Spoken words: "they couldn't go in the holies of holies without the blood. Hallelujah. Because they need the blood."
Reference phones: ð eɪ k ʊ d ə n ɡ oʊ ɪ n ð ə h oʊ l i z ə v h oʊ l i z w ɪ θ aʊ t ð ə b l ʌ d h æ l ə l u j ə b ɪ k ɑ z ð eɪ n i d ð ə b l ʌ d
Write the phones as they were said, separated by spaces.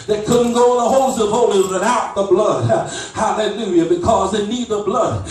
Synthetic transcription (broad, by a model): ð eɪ k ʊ d n ɡ oʊ ɪ n ð ə h oʊ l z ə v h oʊ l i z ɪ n aʊ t ð ə b l ʌ d h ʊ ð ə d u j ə b ɪ k ɑ z ð eɪ n i d ð ə b l ʌ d